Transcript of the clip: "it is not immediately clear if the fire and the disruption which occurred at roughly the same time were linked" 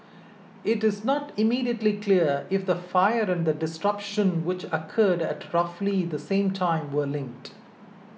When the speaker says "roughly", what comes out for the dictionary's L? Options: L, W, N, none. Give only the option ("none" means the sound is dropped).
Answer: L